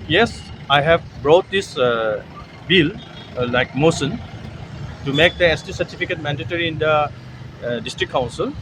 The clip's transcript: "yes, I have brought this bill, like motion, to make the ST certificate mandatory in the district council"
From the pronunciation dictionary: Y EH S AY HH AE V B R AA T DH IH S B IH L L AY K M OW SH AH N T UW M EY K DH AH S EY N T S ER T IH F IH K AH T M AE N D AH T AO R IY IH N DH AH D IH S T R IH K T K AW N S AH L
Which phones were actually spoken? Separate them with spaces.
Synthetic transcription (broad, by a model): Y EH S AY HH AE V B R AA T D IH S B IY L L AY K M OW S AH N T UW M EY K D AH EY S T S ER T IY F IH K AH T M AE N D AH T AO R IY IH N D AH D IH S T R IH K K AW N S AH L